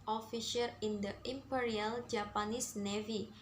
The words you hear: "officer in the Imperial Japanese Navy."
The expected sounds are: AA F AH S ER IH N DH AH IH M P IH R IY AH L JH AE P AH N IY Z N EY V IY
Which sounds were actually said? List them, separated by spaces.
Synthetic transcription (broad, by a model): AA F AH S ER IH N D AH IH M P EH R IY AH L JH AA P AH N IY S N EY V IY